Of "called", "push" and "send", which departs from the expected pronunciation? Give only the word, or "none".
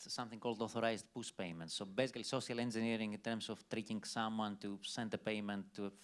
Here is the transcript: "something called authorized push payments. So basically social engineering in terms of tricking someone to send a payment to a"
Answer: push